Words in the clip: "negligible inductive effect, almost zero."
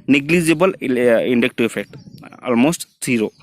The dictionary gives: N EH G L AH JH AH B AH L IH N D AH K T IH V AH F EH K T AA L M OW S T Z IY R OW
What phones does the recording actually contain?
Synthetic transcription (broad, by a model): N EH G L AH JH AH B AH L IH N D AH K T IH AH F EH K T AA L M OW S T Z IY R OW